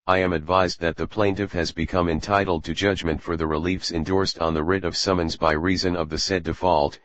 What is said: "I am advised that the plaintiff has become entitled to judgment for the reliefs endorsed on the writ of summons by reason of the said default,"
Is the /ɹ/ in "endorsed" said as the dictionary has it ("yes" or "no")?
yes